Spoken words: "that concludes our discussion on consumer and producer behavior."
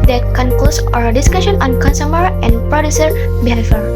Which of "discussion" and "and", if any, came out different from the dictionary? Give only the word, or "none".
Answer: none